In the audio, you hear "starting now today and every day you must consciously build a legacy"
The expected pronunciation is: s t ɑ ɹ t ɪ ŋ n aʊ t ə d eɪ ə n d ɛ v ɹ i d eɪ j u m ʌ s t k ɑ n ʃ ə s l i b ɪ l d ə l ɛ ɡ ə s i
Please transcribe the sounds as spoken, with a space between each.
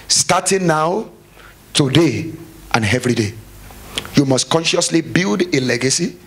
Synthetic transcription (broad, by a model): s t ɑ t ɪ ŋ n aʊ t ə d eɪ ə n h ɛ v ɹ i d eɪ j u m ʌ s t k ɑ n ʃ ə s l i b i l d ə l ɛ ɡ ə s i